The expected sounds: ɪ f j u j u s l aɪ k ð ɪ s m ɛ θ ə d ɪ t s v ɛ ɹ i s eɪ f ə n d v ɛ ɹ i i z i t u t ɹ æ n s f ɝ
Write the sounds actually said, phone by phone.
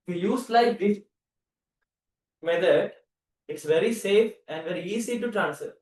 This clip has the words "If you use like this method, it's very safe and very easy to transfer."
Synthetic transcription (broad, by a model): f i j u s l aɪ k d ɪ m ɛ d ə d ɪ t s v ɛ ɹ i s eɪ f ə n d v ɛ ɹ i i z i t u t ɹ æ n s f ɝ